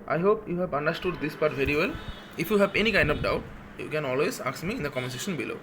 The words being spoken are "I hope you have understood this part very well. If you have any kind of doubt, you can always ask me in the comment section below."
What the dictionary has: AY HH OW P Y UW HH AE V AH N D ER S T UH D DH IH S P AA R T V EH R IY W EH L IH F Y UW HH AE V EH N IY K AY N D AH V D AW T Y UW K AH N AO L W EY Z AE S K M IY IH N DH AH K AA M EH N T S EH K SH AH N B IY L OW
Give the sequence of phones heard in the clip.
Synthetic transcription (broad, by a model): AY HH OW P Y UW HH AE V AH N D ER S T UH D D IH S P AA R T V EH R IY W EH L IH F Y UW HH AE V EH N IY K AY N D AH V D AW T Y UW K AH N AO L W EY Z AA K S M IY IH N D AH K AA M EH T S EH SH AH N B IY L OW